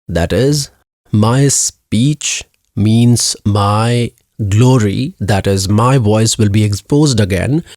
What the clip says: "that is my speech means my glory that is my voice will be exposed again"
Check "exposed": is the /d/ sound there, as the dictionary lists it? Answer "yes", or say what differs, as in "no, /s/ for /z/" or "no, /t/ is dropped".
yes